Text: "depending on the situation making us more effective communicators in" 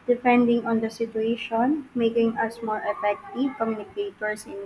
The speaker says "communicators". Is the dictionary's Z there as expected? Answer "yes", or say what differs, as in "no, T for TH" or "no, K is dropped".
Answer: no, S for Z